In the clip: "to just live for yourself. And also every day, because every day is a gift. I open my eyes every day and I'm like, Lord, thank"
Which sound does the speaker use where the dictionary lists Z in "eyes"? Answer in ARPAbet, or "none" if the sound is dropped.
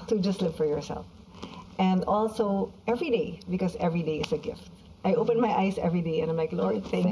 S